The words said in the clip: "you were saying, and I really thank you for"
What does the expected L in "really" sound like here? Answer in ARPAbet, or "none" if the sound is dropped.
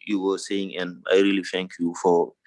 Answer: L